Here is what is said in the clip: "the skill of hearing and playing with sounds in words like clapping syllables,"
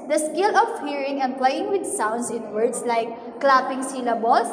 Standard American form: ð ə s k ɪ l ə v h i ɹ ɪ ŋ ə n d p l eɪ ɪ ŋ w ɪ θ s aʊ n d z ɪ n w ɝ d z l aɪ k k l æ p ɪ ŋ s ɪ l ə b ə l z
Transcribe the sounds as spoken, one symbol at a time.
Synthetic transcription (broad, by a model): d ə s k ɪ l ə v h i ɹ ɪ ŋ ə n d p l eɪ ɪ ŋ w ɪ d s aʊ n d s ɪ n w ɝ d s l aɪ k k l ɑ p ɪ ŋ s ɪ l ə b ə l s